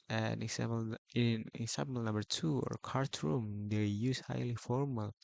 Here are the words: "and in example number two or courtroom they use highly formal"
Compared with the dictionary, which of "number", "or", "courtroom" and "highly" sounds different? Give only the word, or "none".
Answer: none